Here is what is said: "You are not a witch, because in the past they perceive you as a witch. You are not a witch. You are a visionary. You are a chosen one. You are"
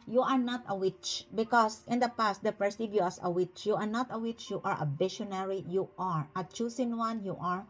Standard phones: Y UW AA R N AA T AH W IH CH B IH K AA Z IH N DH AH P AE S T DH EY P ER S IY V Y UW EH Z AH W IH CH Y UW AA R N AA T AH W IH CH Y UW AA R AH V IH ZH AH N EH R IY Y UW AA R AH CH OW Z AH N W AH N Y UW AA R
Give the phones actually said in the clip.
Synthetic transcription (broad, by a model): Y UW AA R N AA T AH W IH CH B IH K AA S IH N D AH P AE S T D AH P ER S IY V Y UW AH S AH W IH CH Y UW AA R N AA T AH W IH CH Y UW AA R AH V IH SH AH N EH R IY Y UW AA R AH CH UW S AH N W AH N Y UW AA R